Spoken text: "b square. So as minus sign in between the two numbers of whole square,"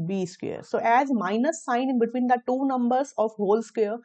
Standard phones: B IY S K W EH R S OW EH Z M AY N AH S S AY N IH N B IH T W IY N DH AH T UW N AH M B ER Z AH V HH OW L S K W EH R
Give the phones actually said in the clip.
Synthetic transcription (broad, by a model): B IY S K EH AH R S OW EH Z M AY N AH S S AY N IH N B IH T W IY N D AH T UW N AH M B ER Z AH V HH OW L S K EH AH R